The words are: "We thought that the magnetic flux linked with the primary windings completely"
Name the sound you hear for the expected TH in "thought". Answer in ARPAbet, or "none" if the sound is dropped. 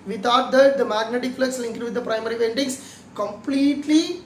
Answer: T